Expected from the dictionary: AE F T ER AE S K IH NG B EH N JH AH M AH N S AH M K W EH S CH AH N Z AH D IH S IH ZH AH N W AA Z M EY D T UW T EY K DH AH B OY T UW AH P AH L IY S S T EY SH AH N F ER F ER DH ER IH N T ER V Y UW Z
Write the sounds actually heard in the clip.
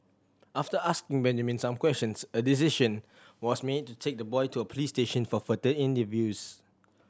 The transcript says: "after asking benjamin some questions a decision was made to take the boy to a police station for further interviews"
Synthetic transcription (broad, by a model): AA F T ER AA S K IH NG B EH N JH AH M AH N S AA M K W EH S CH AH N S AH D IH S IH SH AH N W AA S M EY D T UW T EY K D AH B OY T UW AH P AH L IY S S T EY SH AH N F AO F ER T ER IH N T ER V Y UW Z